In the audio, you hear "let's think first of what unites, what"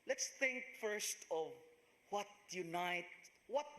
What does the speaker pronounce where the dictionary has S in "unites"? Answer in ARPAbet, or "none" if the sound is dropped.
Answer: none